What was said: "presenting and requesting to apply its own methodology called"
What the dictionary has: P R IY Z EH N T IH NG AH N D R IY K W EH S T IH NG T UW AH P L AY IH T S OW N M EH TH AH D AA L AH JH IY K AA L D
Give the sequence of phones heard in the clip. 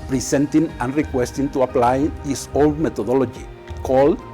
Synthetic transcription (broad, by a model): P R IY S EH N T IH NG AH N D R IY K W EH S T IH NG T UW AH P L AY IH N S OW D M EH T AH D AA L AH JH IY K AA L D